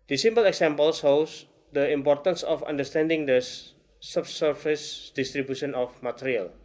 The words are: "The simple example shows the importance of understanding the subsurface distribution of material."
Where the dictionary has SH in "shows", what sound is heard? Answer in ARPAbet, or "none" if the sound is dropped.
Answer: S